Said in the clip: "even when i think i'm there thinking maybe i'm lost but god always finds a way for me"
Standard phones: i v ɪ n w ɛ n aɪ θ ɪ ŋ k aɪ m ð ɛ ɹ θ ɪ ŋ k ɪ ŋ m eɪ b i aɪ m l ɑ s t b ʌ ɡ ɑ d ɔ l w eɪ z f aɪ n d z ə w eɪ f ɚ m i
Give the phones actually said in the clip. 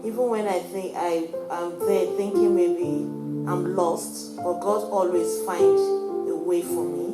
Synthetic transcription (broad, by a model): i v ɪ n w ɛ n aɪ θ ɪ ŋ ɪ aɪ m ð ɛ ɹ θ ɪ ŋ k ɪ ŋ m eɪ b i aɪ m l ɑ s t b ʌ ɡ ɑ d ɔ l w eɪ z f aɪ n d ə w eɪ f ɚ m i